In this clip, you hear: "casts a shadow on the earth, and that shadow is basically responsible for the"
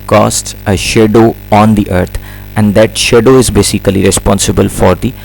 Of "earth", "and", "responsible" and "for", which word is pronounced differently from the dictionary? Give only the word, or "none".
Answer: earth